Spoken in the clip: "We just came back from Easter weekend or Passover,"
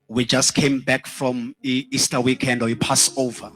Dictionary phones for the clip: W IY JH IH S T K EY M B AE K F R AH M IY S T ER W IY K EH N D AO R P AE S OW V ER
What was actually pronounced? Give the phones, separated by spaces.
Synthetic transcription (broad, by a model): W IY JH IH S T K EY M B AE K F R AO M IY S T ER W IY K EH N D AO W P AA S OW V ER